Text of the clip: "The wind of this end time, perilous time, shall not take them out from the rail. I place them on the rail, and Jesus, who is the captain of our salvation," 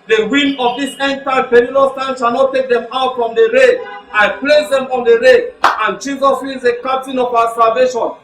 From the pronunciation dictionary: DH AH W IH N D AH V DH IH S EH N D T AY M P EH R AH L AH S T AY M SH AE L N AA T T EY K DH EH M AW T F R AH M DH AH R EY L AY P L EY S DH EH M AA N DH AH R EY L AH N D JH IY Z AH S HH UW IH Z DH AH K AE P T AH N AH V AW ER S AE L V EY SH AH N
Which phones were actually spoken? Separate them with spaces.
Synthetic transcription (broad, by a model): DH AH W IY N AH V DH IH S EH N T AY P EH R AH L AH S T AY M SH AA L N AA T T EY K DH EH M AW T F R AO M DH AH R EY AY P L EY S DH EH M AA N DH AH R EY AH N JH IY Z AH S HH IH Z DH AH K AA P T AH N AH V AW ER S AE L V EY SH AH N